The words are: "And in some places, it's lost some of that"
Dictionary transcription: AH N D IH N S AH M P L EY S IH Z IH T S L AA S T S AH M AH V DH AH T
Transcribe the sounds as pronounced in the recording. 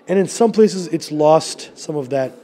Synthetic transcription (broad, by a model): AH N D IH N S AH M P L EY S IH Z IH T S L AA S T S AH M AH V DH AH T